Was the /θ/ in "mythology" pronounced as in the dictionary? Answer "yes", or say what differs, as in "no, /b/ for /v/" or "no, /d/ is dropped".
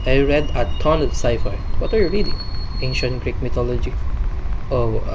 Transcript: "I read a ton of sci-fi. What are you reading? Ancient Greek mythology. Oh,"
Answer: no, /t/ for /θ/